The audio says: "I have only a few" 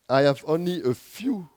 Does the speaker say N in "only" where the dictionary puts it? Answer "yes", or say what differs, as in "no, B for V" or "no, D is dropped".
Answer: yes